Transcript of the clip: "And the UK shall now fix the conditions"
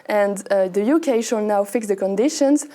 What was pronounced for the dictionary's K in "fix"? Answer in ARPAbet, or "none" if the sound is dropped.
K